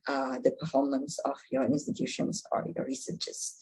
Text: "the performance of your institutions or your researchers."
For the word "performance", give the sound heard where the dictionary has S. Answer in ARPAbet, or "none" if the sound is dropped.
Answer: S